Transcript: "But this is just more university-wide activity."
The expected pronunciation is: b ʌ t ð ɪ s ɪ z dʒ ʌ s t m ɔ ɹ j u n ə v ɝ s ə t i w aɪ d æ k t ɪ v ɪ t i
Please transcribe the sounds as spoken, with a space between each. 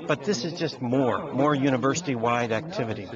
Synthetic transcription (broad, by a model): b ʌ t ð ɪ s ɪ z dʒ ʌ s t m ɔ ɹ j u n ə v ɝ s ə t i w aɪ d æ k t ɪ v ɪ t i